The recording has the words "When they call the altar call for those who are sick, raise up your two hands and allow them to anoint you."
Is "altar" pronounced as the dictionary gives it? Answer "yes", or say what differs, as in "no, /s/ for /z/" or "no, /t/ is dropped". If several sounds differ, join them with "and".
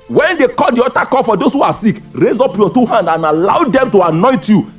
no, /l/ is dropped